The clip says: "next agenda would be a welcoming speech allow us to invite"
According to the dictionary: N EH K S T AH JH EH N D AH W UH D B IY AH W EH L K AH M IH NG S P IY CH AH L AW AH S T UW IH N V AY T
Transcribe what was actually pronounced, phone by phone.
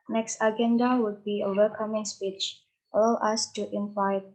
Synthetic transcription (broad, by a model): N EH K S T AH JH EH N D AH W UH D B IY AH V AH K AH M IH NG S P IY CH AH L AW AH S T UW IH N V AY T